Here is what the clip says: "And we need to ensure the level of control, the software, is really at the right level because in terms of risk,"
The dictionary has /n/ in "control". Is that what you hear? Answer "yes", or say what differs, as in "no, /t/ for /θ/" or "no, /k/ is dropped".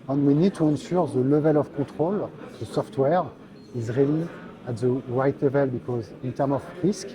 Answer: no, /n/ is dropped